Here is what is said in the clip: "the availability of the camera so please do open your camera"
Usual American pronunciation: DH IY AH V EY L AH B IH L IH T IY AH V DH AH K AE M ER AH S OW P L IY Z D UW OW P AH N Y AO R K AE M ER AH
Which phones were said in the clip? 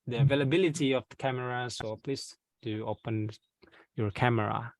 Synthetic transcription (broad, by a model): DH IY AH V EY L AH B IH L IH T IY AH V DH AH K AE M ER AH S OW P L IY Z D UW OW P AH N Y AO R K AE M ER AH